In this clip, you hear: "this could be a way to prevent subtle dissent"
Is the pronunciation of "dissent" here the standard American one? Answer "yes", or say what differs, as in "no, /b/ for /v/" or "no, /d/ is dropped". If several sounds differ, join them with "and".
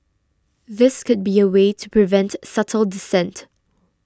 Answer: yes